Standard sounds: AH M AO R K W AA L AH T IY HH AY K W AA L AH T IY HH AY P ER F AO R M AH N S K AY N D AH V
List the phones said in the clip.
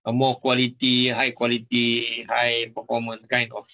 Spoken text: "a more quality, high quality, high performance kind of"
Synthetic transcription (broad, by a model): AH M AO K W AA L AH T IY HH AY K W AA L AH T IY HH AY B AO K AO M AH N K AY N AH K